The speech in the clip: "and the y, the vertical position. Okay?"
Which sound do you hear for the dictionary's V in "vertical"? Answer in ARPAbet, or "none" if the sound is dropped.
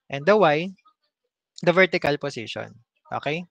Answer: V